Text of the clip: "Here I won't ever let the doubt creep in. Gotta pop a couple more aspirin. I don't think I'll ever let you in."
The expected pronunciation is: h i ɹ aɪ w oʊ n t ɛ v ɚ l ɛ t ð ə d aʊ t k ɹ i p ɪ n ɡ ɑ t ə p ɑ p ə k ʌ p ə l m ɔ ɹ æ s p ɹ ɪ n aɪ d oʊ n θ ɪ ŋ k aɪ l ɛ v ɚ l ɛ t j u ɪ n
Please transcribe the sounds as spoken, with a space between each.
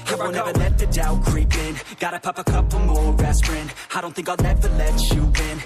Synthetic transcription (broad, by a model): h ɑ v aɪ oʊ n ɛ v ɚ l ɛ t ð ə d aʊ k ɹ i p ɪ n ɡ ɑ t ə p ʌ p ə k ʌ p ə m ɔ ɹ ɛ s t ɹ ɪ n aɪ d oʊ n θ ɪ ŋ k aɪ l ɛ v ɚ l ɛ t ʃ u ɪ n